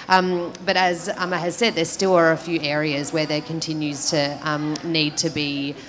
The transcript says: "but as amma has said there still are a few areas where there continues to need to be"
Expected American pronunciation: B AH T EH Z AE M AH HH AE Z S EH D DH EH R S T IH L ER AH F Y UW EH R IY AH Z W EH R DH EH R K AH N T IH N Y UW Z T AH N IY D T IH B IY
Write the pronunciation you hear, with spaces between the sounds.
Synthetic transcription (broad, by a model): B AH T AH Z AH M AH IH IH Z S EH D DH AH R S T IH L ER AH F Y UW EH R IY AH Z W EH R DH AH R K AH N T IH N Y UW Z T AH N IY D T IH B IY